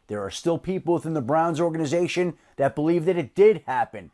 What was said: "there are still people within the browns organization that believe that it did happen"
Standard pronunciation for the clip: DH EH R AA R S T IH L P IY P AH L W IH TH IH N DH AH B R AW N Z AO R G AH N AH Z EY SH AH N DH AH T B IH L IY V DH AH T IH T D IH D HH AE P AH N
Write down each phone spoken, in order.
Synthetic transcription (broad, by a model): DH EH R AA R S T IH L P IY P L W IH TH IH N DH AH B R AW N Z AO R G AH N AH Z EY SH AH N DH AH T B IH L IY V DH AH T IH T D IH D HH AE P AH N